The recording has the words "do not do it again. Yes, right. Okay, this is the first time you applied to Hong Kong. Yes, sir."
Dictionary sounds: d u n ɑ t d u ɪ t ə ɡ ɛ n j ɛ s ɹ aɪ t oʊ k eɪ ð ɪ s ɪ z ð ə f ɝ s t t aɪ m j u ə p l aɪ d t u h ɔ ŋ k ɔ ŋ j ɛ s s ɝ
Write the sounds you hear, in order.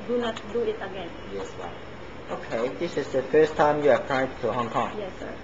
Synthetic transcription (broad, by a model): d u n ɑ t d u ɪ t ə ɡ ɛ n j ɛ s w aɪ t oʊ k eɪ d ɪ s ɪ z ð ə f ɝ s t t aɪ m j u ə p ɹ aɪ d t u h ɔ ŋ k ɔ ŋ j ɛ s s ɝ